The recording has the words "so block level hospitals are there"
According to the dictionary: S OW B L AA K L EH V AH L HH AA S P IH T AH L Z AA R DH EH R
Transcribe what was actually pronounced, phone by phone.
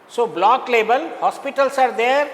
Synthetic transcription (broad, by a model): S OW B L AA K L EH B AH L HH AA S P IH T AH L S AA R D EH R